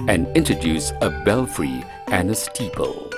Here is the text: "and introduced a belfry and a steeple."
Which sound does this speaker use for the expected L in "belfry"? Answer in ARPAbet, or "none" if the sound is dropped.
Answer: L